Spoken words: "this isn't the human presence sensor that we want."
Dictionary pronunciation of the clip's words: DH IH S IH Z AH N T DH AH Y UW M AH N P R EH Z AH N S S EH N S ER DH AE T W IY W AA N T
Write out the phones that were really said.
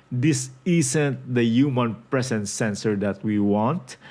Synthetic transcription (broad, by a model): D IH S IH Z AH N T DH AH Y UW M AH N P R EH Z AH N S S EH N S ER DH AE T W IY W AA N T